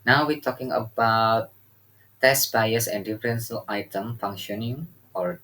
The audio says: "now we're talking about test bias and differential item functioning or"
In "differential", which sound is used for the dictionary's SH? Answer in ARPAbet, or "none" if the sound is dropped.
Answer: S